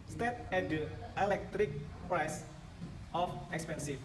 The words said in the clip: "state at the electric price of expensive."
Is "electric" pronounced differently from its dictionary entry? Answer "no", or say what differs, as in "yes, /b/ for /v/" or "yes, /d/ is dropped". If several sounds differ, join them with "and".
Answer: no